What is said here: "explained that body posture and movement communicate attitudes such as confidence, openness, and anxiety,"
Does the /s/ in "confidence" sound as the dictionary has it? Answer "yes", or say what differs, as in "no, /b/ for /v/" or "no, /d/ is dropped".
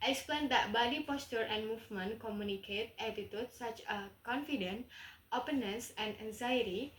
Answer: no, /s/ is dropped